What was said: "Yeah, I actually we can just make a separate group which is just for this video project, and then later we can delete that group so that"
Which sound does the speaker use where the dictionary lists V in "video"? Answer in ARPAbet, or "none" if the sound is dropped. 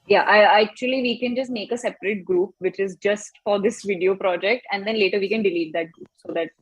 V